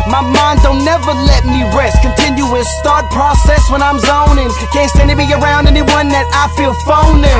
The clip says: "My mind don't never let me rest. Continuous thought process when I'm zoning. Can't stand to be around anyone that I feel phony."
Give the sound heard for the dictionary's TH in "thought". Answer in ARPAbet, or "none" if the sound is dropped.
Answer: T